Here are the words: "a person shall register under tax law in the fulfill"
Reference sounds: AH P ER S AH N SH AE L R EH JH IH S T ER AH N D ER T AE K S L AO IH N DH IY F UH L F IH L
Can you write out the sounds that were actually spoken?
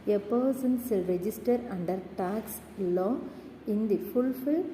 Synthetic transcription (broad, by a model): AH P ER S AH N S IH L R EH JH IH S T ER AH N D ER T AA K S L AO IH N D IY F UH L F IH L